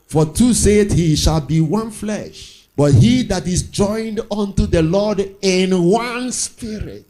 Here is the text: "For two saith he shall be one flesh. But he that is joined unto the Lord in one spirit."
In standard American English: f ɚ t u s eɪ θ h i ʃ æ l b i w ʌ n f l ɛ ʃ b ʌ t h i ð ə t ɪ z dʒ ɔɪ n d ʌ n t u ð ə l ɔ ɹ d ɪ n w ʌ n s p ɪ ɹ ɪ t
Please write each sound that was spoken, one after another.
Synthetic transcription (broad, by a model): f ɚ t u s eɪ t h i ʃ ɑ l b i w ʌ n f l ɛ ʃ b ʌ t h i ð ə t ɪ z dʒ ɔɪ n d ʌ n t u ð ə l ɔ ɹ d ɪ n w ʌ n s p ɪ ɹ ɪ t